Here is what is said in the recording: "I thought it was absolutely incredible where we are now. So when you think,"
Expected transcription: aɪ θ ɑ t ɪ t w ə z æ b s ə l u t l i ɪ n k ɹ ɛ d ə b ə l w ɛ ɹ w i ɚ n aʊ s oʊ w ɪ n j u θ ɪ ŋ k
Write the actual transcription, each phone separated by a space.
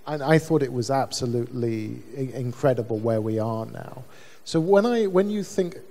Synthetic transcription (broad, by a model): aɪ θ ɑ t ɪ t w ə z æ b s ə l u t l i ɪ n k ɹ ɛ d ə b ə l w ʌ ɹ w i ɚ n aʊ s oʊ w ɪ n j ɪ θ ɪ ŋ k